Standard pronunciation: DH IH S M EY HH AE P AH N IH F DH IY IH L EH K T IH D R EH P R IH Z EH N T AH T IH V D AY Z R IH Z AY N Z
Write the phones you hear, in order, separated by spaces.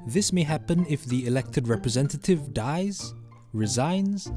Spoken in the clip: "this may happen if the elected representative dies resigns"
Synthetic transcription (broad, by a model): DH IH S M EY HH AE P AH N IH F DH IY IH L EH K T IH D R EH P R IH Z EH N T AH T IH V D AY Z R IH Z AY N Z